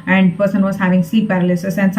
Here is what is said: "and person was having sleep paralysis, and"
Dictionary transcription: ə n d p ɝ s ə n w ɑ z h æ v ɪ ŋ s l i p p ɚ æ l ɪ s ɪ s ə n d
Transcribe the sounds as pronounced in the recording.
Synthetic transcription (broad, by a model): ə n d p ɝ s ə n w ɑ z h æ v ɪ ŋ s i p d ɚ l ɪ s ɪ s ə n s